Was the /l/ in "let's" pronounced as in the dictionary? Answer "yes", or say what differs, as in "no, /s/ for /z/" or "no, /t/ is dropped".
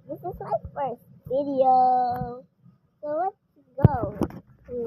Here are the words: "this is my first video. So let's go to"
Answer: no, /w/ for /l/